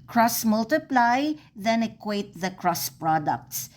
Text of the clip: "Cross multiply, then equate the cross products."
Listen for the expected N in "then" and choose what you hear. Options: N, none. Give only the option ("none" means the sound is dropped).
N